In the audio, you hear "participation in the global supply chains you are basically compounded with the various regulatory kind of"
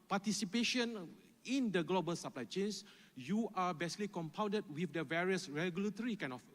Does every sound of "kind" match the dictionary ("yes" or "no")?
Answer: no